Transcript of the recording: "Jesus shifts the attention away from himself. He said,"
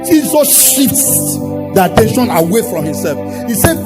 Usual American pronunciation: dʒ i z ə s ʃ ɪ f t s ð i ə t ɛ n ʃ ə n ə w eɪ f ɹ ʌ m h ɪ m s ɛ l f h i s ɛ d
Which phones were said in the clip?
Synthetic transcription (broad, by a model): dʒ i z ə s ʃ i t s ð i ə t ɛ n ʃ ə n ə w eɪ f ɹ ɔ m h ɪ m s ɛ l f h i s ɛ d